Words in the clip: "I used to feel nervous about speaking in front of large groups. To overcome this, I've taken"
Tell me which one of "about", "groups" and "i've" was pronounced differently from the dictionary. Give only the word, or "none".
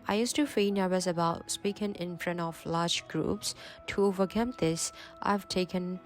none